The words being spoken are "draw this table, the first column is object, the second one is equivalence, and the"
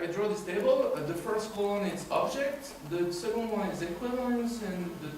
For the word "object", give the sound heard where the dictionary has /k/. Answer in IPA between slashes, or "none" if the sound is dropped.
/k/